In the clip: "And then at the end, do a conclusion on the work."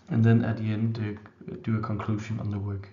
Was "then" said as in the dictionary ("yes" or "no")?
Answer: yes